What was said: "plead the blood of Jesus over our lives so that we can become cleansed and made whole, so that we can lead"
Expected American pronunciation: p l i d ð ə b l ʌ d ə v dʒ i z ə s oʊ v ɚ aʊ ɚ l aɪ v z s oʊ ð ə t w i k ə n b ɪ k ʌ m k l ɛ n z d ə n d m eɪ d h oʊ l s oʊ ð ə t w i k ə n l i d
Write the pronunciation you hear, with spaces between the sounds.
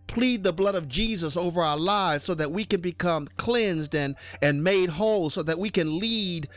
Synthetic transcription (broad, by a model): p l i d ð ə b l ʌ d ə v dʒ i z ə s oʊ v ɚ aʊ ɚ l aɪ v z s oʊ ð ə t w i k ə n b ɪ k ʌ m k l ɛ n z d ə n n m eɪ d h oʊ l s oʊ ð ə t w i k ə n l i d